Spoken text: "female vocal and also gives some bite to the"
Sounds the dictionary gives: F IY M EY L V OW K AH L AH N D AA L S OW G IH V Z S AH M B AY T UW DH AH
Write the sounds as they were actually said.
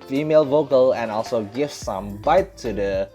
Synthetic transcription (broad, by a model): F IY M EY L V OW K AH L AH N AA L S OW G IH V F S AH M B AY T UW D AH